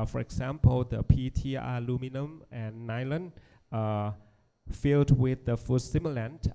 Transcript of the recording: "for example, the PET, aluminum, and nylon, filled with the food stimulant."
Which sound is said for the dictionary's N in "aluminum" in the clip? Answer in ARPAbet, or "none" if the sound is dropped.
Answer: N